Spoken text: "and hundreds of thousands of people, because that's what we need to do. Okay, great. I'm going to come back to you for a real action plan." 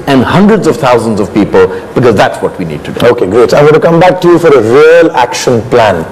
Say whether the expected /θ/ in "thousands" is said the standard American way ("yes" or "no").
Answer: no